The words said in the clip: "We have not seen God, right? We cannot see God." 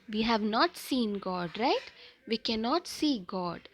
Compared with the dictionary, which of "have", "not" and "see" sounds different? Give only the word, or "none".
none